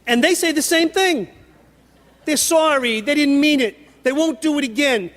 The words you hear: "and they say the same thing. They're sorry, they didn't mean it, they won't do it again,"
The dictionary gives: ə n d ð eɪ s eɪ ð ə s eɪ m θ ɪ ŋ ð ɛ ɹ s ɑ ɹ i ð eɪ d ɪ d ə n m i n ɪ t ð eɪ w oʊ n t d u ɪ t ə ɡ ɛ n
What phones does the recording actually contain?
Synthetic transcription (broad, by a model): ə n ð eɪ s eɪ ð ə s eɪ m θ ɪ ŋ ð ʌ ɹ s ɑ ɹ i ð eɪ d ɪ d n m i n ɪ t ð eɪ w oʊ n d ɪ ɪ t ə ɡ ɛ n